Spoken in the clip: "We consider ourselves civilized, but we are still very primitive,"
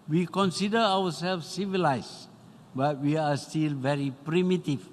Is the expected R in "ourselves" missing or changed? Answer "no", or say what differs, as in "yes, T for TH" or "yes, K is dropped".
yes, W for R